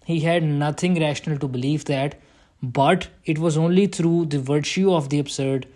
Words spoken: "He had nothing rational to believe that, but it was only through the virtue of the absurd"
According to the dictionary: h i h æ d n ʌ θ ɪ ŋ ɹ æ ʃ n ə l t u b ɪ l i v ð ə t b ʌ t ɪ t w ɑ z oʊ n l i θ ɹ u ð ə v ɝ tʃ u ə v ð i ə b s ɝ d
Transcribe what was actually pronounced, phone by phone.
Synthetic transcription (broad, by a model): h i h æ d n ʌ t ɪ ŋ ɹ æ ʃ n ə l t u b ɪ l i v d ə t b ʌ t ɪ t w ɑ z oʊ n l i t ɹ u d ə v ɝ tʃ u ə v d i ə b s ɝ d